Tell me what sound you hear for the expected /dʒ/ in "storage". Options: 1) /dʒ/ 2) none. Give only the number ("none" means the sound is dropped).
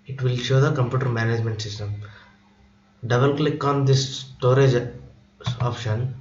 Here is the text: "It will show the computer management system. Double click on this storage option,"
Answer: 1